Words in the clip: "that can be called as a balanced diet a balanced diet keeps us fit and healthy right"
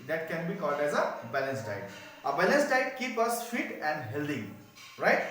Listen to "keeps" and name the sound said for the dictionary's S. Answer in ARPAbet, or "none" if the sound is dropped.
none